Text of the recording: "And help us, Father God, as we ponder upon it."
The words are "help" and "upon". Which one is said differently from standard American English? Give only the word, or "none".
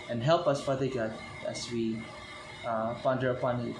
none